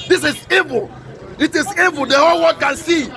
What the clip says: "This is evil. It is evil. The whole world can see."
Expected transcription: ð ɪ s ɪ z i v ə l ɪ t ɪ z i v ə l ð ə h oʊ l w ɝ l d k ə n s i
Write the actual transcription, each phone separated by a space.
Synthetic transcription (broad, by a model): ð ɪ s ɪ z i v ə l ɪ t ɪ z i v ə l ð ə h oʊ l w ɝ d k ə n s i